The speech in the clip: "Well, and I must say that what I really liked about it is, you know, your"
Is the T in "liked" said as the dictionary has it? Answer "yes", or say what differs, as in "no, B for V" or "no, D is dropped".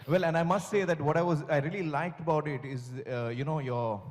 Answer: yes